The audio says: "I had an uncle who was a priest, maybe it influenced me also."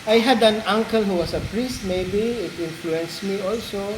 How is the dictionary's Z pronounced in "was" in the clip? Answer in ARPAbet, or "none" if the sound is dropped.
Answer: S